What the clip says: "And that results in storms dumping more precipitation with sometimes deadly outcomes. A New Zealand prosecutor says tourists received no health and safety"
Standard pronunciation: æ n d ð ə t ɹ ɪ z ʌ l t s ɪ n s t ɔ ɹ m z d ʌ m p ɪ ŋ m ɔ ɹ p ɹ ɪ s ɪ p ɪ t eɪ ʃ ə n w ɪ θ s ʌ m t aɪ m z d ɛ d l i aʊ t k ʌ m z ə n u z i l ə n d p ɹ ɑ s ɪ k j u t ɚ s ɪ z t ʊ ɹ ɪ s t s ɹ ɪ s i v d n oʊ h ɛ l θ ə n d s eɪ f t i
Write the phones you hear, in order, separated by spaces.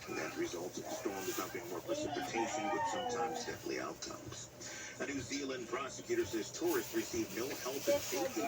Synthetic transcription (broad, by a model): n ð ə t ɹ ɪ z ʌ l t s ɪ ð s t ɔ ɹ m d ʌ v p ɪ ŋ m ɔ ɹ p ɹ ɪ s ɪ p ɪ t eɪ ʃ ə n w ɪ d s ʌ m t aɪ m z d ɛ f l i aʊ t k ʌ m z ə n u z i l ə n p ɹ ɑ s ɪ k j u t ɚ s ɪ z t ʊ ɹ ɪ s t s ɹ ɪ s i v n oʊ h ɛ l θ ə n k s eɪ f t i